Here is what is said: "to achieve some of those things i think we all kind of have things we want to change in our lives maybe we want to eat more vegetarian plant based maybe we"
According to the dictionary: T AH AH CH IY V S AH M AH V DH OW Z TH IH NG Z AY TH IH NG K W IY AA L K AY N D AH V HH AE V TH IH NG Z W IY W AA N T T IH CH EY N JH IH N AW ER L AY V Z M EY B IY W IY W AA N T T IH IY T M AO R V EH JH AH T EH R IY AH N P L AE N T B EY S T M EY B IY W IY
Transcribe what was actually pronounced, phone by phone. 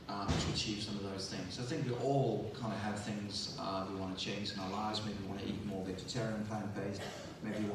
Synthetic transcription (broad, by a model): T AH AH CH IY V S AH M AH V DH OW Z TH IH NG Z AY TH IH NG K W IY AA L K AY N D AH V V TH IH NG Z W IY W AA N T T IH CH EY N JH IH N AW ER L AY V Z M EY B IY W IY W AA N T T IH IY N M AO R V EH JH AH T EH R IY AH N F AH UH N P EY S M EY B IY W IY